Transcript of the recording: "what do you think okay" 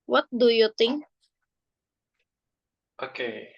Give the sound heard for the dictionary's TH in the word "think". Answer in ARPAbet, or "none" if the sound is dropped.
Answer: T